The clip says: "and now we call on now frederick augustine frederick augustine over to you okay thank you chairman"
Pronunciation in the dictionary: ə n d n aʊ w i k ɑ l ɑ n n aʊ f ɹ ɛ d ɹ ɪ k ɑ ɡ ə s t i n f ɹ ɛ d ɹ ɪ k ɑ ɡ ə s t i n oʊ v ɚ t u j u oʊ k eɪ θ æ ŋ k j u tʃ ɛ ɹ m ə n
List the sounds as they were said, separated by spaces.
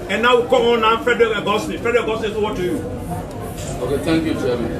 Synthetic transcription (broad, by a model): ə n n aʊ w i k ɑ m ɑ n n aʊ f ɹ ɛ d ɹ ɪ k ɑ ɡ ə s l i f ɹ ɛ d ɹ ɪ k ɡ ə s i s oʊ w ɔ t u j u oʊ k eɪ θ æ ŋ k j u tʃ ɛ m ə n